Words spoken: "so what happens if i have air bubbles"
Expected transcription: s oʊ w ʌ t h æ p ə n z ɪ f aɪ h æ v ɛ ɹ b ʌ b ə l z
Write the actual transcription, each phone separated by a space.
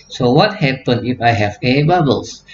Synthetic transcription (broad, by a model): s oʊ w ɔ t h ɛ p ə n ɪ f aɪ h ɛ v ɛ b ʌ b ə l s